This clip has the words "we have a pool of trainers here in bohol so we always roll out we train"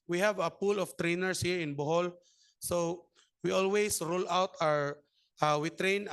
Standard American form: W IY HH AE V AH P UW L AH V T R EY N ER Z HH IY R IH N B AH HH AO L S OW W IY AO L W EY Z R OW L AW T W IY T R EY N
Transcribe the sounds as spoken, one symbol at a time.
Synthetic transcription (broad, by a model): W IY HH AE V AH P UW L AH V T R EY N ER S HH IY R IH N B AH HH AO L S OW W IY AO L W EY S R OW L AW T W IY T R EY N